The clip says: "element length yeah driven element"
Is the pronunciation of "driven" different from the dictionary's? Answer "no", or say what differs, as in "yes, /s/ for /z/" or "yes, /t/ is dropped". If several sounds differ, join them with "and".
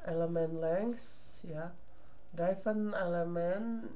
yes, /f/ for /v/